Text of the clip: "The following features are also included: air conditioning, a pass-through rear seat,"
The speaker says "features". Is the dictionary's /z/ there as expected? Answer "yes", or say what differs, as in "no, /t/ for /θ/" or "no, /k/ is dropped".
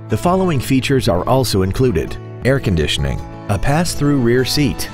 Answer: yes